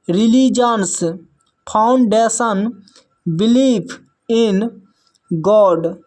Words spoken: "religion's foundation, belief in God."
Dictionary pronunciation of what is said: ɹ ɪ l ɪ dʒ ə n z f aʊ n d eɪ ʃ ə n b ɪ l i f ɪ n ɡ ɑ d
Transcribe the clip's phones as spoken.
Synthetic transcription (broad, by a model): ɹ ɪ l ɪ dʒ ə n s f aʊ n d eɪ s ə n b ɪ l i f ɪ n ɡ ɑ d